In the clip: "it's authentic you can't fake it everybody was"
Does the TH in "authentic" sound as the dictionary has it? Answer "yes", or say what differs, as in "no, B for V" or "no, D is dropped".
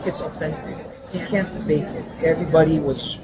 no, F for TH